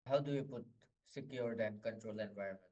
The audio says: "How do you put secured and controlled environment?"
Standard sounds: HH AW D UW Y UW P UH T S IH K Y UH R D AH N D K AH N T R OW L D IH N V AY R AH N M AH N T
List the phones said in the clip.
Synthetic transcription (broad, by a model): HH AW D UW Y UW P UH T S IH K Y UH R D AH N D K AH N T R OW L IH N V AY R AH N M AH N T